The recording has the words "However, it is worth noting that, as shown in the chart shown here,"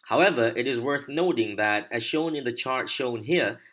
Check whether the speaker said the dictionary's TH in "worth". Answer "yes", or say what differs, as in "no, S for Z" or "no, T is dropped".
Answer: yes